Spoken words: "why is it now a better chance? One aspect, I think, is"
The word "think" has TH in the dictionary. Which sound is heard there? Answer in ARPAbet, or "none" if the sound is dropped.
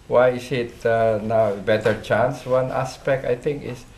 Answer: T